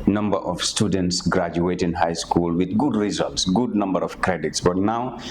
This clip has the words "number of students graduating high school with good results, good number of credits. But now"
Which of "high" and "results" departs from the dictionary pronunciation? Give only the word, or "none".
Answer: none